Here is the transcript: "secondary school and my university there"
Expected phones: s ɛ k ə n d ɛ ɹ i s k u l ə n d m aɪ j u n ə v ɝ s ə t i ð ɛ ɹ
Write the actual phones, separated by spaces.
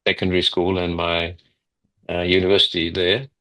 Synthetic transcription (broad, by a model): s ɛ k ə n d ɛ ɹ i s k u l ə n m aɪ j u n ə v ɝ s ə t i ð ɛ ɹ